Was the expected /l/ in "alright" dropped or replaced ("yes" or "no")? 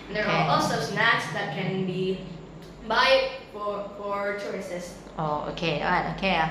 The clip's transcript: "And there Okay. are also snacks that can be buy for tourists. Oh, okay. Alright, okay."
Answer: yes